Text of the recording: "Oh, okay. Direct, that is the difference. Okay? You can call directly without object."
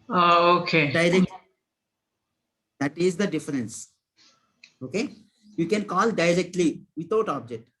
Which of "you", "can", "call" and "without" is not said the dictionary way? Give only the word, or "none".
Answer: without